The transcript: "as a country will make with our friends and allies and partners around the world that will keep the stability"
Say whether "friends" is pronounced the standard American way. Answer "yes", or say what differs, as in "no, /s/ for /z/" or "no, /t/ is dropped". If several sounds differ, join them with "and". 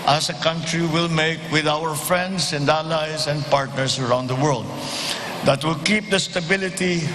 no, /s/ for /z/